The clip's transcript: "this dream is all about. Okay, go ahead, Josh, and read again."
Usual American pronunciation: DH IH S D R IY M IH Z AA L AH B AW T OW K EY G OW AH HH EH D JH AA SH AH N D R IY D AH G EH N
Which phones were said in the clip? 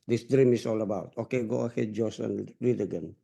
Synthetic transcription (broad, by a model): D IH S D R IY M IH S AA L AH B AW T OW K EY G OW AH HH EH D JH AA S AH N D R IY D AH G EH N